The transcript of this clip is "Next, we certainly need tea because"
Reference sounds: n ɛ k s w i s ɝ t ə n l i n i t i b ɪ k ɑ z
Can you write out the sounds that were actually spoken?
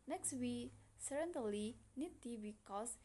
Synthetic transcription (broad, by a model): n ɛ k s w i s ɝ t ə l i n i t i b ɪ k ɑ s